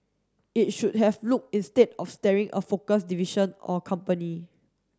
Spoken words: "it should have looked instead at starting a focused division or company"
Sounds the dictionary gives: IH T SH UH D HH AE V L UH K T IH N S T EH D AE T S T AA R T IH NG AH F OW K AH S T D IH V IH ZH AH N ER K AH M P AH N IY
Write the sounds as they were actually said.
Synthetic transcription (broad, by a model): IH T SH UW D HH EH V L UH K IH N S T EH D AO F S T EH R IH NG AH F OW K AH S D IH V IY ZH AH N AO K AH M P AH N IY